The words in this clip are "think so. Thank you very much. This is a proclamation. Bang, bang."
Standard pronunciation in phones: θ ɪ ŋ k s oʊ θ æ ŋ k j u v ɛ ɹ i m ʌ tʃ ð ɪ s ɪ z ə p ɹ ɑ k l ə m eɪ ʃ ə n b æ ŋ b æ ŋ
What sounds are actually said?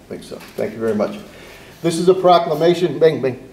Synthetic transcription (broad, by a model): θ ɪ ŋ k s oʊ θ æ ŋ k j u v ɛ ɹ i m ʌ tʃ ð ɪ s ɪ z ə p ɹ ɑ k l ə m eɪ ʃ ə n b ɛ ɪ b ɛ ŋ